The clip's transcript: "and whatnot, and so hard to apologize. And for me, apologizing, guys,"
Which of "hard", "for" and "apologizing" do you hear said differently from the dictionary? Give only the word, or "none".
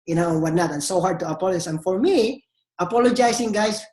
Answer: apologizing